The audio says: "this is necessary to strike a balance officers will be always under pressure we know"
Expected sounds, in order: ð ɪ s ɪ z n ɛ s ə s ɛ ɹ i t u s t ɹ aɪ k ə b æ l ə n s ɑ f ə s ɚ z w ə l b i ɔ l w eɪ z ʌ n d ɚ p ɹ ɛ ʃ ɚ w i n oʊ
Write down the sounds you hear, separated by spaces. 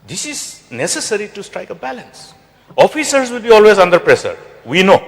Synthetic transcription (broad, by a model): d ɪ s ɪ z n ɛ s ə s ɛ ɹ i t u s t ɹ aɪ k ə b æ l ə n s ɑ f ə s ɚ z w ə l b i ɔ l w eɪ z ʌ n d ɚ p ɹ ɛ s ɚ w i n oʊ